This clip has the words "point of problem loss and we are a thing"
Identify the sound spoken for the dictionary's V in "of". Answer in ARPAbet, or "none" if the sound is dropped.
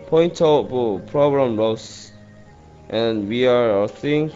B